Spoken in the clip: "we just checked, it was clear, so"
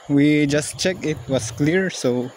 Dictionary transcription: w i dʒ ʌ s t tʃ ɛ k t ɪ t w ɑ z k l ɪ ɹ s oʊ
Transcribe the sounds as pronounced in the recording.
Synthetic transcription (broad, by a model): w i dʒ ʌ s t tʃ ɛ k ɪ t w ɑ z k l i ɹ s oʊ